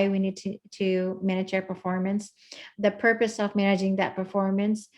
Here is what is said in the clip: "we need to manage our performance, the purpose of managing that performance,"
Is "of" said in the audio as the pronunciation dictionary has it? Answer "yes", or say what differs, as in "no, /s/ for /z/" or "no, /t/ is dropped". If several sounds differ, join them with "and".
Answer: yes